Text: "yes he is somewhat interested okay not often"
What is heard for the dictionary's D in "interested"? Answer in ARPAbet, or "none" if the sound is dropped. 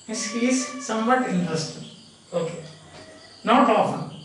none